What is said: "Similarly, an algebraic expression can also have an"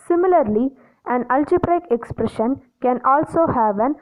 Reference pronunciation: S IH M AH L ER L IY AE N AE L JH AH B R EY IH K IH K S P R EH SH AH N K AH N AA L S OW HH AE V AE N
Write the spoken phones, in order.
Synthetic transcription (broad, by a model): S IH M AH L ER L IY AE N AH L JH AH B R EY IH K IH K S P R EH SH AH N K AH N AA L S OW HH AE V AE N